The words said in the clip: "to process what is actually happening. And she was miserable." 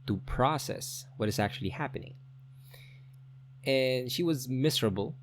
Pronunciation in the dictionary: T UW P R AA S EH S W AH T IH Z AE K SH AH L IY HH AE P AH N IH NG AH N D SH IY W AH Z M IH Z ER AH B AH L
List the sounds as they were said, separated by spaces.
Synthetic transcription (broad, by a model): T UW P R AA S EH S W AH T IH Z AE K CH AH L IY HH AE P AH N IH NG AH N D SH IY W AH Z M IH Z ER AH B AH L